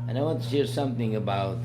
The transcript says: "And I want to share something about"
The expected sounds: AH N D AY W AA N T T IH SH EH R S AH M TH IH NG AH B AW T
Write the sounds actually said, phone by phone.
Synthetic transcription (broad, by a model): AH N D AY W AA N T T IH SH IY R S AH M TH IH NG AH B AW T